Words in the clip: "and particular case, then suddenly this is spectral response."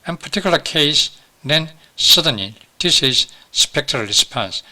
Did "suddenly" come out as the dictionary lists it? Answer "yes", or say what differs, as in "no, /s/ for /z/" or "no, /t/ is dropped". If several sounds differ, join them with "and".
no, /l/ is dropped